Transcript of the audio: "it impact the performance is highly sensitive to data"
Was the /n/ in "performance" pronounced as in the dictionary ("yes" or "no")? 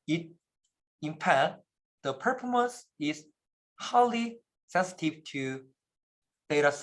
no